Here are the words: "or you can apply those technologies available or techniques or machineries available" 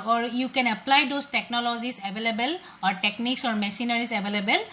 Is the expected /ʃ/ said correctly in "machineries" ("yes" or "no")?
no